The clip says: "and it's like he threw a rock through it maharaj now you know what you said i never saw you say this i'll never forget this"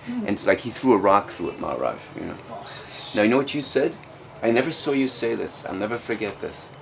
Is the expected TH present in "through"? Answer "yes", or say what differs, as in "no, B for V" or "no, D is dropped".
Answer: yes